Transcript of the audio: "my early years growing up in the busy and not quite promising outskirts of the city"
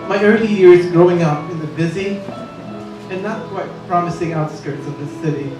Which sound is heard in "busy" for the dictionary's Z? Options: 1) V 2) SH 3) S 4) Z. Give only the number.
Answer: 4